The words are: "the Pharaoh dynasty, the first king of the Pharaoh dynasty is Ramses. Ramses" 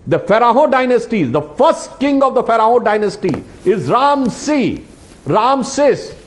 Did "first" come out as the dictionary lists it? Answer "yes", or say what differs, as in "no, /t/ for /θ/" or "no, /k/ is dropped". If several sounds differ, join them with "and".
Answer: yes